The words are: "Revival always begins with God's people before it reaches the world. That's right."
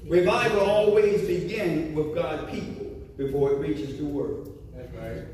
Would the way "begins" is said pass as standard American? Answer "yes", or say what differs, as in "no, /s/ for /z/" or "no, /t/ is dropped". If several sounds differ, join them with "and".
no, /z/ is dropped